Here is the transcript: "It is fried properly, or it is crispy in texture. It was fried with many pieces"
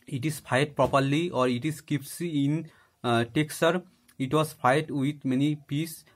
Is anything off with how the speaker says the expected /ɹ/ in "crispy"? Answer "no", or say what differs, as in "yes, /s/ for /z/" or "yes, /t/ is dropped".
yes, /ɹ/ is dropped